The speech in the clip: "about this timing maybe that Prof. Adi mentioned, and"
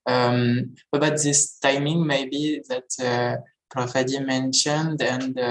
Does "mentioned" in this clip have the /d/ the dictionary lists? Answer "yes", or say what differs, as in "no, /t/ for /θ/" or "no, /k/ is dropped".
yes